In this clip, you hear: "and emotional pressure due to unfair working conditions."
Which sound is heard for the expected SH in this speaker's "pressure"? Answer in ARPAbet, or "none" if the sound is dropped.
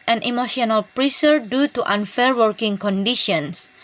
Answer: S